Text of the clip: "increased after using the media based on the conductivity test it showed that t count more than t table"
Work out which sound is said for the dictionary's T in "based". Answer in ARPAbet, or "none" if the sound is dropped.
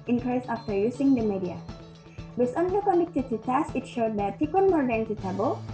none